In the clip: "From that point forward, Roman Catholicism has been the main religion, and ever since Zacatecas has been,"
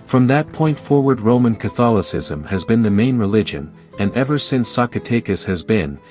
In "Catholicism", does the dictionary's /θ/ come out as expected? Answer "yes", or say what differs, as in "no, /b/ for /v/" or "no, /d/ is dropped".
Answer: yes